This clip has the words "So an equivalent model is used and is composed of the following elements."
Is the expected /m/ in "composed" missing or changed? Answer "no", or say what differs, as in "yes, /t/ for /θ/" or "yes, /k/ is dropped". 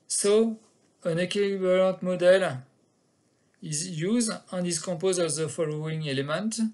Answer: yes, /m/ is dropped